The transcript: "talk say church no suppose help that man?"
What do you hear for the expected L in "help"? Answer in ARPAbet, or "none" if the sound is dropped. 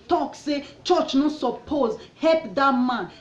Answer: none